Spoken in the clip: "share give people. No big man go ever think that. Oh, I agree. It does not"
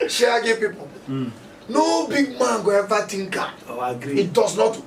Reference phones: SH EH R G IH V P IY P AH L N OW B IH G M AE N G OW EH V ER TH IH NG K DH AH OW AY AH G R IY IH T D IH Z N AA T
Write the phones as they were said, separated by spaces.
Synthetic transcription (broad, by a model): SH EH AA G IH P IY P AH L N OW B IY G M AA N G OW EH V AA T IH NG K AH OW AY AH G R IY IH T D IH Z N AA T